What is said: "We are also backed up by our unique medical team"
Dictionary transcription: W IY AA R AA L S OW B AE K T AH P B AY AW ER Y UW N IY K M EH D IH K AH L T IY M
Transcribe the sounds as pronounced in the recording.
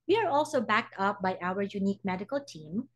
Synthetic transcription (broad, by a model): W IY AA R AA L S OW B AE K T AH P B AY AW ER Y UW N IY K M EH D IH K AH L T IY M